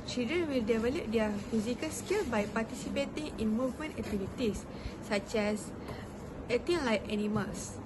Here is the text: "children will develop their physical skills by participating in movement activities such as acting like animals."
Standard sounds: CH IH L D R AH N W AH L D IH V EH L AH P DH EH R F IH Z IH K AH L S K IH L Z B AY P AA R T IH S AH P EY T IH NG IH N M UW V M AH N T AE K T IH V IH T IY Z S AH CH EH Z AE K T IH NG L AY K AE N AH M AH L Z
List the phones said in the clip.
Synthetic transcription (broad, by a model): CH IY L D R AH N W AH L D IH V EH L AH P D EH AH F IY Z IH K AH L S K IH L B AY P AA T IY S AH P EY T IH NG IH N M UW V M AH N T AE K T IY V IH T IY S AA CH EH S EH T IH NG L AY K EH N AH M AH L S